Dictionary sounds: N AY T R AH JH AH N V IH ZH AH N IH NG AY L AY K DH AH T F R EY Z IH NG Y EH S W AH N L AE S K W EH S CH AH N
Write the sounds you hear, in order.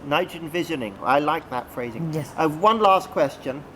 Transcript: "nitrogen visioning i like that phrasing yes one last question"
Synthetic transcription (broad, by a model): N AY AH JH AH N V IH ZH AH N IH NG AY L AY K DH AH T F R EY Z IH NG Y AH W AH N L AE S K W EH S CH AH N